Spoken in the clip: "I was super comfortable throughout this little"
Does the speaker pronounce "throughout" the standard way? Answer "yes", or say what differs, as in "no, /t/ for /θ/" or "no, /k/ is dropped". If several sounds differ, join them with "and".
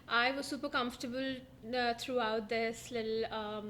no, /t/ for /θ/